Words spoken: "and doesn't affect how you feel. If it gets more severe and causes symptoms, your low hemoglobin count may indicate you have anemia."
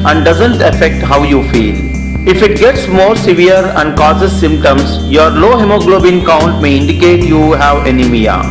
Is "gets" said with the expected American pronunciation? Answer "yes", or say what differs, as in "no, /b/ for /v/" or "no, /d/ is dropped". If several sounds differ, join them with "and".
yes